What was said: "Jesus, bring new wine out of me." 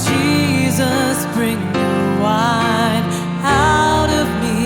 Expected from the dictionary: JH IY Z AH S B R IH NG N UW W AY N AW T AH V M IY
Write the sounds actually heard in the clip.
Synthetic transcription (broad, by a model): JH IY Z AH S B R IH NG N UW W AY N AW T AH V M IY